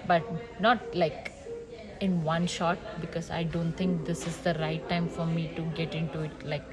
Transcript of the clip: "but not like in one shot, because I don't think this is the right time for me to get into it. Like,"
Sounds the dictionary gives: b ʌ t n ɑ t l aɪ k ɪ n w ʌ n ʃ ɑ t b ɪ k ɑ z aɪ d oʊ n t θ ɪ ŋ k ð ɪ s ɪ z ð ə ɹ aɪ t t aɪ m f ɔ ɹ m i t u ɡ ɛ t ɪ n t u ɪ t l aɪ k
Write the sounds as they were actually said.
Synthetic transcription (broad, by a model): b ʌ t n ɑ t l aɪ k ɪ n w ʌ n ʃ ɑ t b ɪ k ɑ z aɪ d oʊ n t t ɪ ŋ k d ɪ s ɪ z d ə ɹ aɪ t t aɪ m f ɔ ɹ m i t u ɡ ɛ t ɪ n t u ɪ t l aɪ k